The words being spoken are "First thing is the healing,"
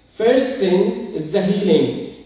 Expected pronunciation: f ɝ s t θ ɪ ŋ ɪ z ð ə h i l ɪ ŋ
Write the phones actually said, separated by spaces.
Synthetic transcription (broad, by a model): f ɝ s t s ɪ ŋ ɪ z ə h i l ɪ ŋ